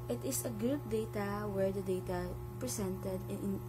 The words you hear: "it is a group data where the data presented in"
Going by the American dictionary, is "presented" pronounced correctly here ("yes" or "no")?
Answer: no